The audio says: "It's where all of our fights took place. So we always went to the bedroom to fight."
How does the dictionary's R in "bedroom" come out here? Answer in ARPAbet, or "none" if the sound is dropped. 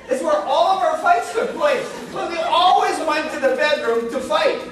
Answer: R